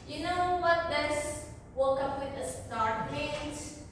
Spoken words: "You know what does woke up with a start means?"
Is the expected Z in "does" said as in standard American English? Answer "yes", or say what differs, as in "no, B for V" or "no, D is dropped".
no, S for Z